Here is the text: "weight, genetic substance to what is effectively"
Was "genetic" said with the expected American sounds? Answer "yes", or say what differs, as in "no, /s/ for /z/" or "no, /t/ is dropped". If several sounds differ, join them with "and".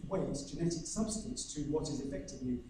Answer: yes